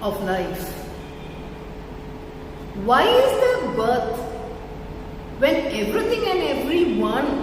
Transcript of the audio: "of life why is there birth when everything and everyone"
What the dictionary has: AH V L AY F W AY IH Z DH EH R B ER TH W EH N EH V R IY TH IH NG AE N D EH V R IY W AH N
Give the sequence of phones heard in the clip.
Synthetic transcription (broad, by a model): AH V L AY F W AY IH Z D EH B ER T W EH N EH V R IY T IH NG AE N D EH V R IY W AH N